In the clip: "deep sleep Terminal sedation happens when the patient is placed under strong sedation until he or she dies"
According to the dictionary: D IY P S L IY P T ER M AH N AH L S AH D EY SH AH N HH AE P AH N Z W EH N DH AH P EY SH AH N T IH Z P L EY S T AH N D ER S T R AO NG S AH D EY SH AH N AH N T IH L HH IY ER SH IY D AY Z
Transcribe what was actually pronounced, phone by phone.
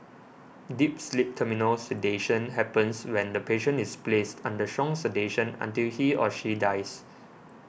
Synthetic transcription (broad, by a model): D IY P S L IY P T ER M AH N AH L S AH D EY SH AH N HH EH P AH N S W EH N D AH P EY SH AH N IH S P L EY S T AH N D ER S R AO NG S AH D EY SH AH N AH N T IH L HH IY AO SH IY D AY S